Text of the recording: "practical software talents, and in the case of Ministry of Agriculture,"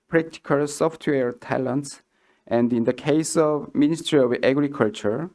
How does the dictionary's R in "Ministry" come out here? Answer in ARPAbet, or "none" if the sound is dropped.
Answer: R